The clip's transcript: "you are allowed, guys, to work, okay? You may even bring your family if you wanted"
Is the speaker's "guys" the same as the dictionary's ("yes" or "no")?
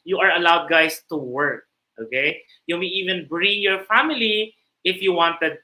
no